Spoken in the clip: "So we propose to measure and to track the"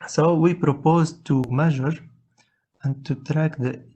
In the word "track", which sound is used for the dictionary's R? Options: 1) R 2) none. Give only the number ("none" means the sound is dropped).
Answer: 1